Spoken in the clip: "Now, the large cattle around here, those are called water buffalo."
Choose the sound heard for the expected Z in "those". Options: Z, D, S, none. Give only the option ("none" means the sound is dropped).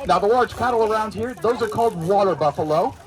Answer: Z